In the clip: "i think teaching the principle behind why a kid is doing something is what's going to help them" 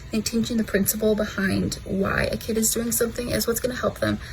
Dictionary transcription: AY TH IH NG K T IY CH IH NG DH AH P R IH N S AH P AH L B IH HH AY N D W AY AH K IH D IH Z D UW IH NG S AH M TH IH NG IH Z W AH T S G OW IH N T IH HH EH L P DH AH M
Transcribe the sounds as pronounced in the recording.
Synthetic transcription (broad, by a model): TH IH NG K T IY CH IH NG DH AH P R IH N S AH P L B IH HH AY N D W AY AH K IH D IH Z D UW IH NG S AH M TH IH NG IH Z W AH T S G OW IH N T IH HH EH L P DH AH M